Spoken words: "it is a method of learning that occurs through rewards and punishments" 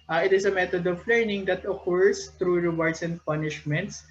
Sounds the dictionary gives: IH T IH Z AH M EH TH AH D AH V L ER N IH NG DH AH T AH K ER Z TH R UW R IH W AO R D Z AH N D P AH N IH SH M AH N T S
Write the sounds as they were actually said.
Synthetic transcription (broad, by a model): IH T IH S AH M EH T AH D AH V L ER N IH NG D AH T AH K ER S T R UW R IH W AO R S AH N D P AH N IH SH M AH N T S